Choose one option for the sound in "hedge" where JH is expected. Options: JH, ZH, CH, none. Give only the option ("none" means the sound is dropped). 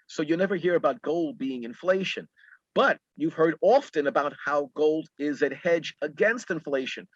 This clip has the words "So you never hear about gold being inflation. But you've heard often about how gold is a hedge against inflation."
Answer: JH